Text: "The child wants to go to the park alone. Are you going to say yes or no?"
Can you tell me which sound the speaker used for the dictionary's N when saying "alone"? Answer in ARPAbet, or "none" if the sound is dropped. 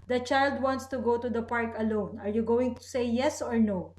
N